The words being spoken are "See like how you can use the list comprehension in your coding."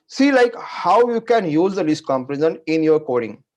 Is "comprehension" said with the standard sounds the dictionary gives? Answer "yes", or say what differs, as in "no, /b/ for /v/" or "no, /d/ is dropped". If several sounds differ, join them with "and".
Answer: no, /ɹ/ is dropped